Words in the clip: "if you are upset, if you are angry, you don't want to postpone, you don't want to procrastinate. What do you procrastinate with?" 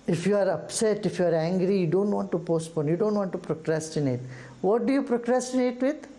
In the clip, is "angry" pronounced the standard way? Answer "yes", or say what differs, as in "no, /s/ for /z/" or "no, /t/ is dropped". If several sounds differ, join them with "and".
yes